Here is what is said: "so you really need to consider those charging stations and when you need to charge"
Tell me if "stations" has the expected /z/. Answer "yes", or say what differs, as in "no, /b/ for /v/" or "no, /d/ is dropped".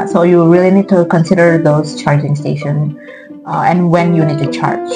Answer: no, /z/ is dropped